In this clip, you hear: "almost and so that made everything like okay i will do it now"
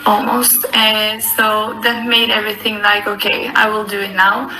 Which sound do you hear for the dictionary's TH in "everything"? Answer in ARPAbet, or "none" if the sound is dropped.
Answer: TH